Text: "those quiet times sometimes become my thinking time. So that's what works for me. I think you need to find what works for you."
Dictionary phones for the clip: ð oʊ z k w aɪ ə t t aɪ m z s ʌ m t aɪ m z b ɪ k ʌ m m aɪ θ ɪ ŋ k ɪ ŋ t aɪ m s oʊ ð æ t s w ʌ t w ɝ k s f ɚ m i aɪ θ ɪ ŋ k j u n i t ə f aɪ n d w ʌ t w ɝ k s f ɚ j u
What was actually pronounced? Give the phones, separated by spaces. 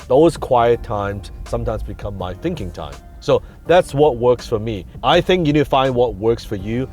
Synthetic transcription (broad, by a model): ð oʊ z k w aɪ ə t t aɪ m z s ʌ m t aɪ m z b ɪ k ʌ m m aɪ θ ɪ ŋ k ɪ ŋ t aɪ m s oʊ ð æ t s w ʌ t w ɝ k s f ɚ m i aɪ θ ɪ ŋ k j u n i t f aɪ n d w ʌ t w ɝ k s f ɚ j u